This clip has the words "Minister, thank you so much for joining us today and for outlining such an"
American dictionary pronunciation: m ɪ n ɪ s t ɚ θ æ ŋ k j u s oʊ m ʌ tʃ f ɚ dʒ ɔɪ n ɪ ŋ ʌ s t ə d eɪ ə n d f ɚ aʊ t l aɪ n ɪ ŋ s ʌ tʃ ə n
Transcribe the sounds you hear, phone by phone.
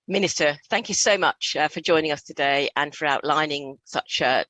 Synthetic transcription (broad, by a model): m ɪ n ɪ s t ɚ θ æ ŋ k j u s oʊ m ʌ tʃ f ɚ dʒ ɔɪ n ɪ ŋ ʌ s t ə d eɪ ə n f ɚ aʊ t l aɪ n ɪ ŋ s ʌ tʃ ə